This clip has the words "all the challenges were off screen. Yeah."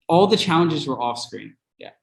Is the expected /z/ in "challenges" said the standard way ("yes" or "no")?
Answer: yes